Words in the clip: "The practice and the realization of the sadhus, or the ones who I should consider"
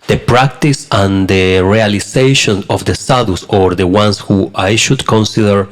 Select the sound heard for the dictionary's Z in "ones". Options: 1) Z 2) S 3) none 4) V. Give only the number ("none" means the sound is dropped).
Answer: 2